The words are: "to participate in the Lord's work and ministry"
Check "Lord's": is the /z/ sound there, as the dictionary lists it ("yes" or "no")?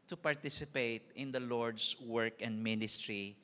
no